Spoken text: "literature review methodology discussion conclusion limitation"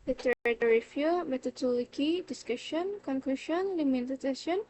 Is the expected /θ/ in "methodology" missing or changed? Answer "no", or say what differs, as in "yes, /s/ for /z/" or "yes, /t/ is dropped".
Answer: yes, /t/ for /θ/